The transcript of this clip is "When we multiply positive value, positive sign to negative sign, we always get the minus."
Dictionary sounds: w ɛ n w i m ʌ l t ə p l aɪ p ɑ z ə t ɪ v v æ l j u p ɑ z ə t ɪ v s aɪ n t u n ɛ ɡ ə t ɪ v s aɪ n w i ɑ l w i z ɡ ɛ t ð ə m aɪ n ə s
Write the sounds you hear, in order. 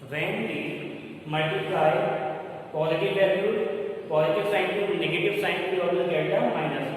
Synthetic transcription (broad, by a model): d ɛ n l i m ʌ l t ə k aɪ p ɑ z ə t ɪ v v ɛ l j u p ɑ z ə t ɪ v s aɪ n s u n ɛ ɡ ə t ɪ v s aɪ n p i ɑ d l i ɡ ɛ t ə m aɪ n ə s